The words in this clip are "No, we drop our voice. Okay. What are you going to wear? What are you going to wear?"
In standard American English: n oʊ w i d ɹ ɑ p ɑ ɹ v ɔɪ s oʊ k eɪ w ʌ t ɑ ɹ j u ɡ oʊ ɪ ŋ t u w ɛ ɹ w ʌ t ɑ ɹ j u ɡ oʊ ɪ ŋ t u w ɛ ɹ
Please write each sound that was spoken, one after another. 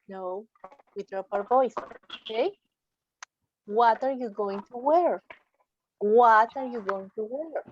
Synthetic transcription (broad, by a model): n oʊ w i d ɹ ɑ p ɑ w v ɔɪ s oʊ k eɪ w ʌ t ɑ ɹ j u ɡ oʊ ɪ ŋ t u w ɛ ɹ w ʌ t ɑ ɹ j u ɡ oʊ ɪ ŋ t u w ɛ ɹ